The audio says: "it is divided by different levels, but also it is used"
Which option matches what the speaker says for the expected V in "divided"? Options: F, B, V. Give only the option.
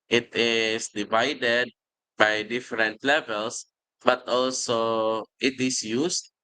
V